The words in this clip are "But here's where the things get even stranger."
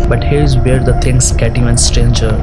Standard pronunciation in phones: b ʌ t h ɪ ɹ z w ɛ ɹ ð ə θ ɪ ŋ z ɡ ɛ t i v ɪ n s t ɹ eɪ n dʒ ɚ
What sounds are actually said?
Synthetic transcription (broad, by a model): b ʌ t h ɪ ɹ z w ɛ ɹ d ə t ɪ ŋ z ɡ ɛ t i ɪ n s t ɹ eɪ n dʒ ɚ